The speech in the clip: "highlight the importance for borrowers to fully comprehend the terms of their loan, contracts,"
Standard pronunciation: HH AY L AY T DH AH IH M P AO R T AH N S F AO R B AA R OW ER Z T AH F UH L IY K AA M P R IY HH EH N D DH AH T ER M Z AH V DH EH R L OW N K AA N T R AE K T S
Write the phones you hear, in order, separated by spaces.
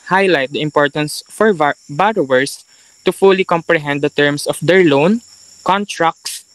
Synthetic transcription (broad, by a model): HH AY L AY T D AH IH M P AO R T AH N S F AO R B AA R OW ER S T AH F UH L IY K AA M P R IY HH EH N D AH T ER M S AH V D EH R L OW N K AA N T R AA K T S